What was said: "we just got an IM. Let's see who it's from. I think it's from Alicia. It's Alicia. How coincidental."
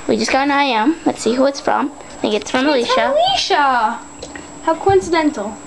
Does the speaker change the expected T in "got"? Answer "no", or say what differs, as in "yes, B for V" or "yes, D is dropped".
yes, T is dropped